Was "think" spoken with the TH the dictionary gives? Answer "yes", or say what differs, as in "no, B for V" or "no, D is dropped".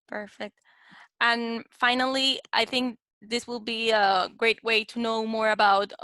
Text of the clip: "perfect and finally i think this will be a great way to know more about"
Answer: yes